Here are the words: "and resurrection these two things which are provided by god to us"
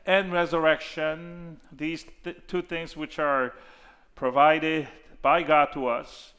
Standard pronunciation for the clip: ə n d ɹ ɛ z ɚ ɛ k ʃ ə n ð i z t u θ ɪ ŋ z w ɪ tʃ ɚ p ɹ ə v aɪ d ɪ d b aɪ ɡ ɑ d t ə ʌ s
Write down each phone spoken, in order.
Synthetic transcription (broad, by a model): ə n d ɹ ɛ z ɚ ɛ k ʃ ə n ð i z t u θ ɪ ŋ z w ɪ tʃ ɚ p ɹ ə v aɪ d ɪ d b aɪ ɡ ɑ d t ə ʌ s